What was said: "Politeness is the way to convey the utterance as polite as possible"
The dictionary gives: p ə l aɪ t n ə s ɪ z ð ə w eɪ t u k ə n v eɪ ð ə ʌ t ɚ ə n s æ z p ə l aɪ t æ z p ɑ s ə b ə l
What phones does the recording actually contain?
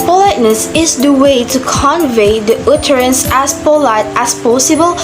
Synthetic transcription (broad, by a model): p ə l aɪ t n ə s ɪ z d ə w eɪ t u k ə n v eɪ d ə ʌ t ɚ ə n s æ s p ə l aɪ t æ s p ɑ s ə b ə l